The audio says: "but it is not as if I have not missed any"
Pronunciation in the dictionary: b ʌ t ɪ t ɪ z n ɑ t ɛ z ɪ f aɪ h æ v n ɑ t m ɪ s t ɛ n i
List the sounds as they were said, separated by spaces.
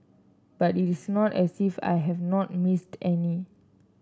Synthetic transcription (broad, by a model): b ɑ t ɪ t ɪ s n ɑ t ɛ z ɪ f aɪ h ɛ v n ɑ t m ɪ s t ɛ n i